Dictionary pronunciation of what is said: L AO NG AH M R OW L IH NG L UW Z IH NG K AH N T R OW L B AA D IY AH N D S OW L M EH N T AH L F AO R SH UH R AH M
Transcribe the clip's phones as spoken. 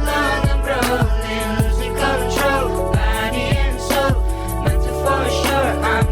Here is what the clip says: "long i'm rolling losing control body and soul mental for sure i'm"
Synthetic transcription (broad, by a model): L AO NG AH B R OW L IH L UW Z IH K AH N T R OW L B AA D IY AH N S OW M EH T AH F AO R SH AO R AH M